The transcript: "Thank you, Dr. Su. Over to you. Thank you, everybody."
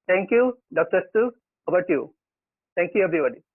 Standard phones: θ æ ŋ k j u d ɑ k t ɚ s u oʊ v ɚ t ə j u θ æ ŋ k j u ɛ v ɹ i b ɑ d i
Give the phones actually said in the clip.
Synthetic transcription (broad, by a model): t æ ŋ k j u d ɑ k t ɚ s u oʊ b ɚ t j u t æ ŋ k j u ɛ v ɹ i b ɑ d i